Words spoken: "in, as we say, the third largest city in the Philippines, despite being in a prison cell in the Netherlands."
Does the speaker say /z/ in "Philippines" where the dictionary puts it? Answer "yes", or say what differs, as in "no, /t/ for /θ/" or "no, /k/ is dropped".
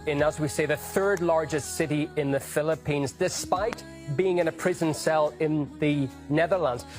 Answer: yes